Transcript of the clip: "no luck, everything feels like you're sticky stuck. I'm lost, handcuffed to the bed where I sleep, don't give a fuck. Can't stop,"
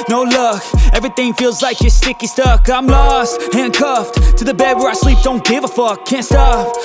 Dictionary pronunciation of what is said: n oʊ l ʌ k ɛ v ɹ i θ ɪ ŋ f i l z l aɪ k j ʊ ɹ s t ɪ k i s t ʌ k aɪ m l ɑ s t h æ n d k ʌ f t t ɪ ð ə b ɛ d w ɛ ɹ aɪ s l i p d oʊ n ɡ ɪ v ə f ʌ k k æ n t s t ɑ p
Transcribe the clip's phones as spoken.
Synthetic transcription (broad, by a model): n oʊ l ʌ k ɛ v ɹ i θ ɪ ŋ f i l z l aɪ k j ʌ ɹ s t ɪ k i s t ʌ k aɪ m l ɑ s t h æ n k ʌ f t t ɪ ð ə b ɛ d w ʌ ɹ aɪ s l i p d oʊ n ɡ ɪ v ə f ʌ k k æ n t s t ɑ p